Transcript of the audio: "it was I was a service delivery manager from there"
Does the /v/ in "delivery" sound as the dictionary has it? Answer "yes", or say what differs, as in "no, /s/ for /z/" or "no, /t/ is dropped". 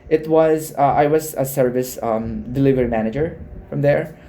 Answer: yes